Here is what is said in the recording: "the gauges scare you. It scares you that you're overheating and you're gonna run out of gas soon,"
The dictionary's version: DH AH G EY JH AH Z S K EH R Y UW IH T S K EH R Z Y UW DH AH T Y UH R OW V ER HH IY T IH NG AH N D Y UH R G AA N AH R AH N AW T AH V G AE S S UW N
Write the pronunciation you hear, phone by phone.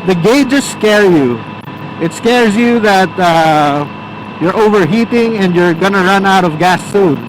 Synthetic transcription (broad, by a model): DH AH G EY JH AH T S K EH R Y UW IH T S K EH R Z Y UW DH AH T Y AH R OW V ER HH IY T IH NG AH N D Y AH R G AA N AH R AH N AW T AH V G AE S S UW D